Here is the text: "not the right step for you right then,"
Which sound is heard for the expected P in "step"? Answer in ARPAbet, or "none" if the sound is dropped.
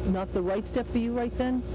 P